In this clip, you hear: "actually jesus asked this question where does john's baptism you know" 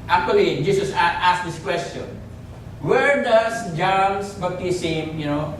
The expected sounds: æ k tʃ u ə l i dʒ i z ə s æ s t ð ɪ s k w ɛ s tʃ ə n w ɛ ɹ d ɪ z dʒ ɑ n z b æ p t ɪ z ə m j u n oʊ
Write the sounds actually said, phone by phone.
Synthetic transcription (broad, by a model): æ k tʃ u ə l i dʒ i s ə s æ s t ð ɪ s k w ɛ s tʃ ə n w ɛ ɹ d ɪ s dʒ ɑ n s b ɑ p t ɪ s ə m j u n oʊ